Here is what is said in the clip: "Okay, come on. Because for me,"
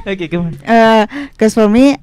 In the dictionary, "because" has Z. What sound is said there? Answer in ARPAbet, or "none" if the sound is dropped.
S